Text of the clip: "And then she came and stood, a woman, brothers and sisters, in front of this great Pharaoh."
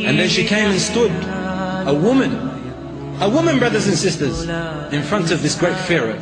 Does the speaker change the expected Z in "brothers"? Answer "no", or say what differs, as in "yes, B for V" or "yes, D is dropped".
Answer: no